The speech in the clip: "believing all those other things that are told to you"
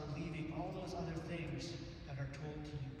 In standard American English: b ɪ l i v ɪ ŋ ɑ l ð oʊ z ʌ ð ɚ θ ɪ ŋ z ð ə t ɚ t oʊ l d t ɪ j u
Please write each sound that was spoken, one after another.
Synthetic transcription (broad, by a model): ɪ l i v ɪ ŋ ɑ l ð oʊ z ʌ ð ɚ θ ɪ ŋ z ð ə t ɚ t oʊ l d t ɪ j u